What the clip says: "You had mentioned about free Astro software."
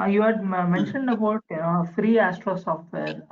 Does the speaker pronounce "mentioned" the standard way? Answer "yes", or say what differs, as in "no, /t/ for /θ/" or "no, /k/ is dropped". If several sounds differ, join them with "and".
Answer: yes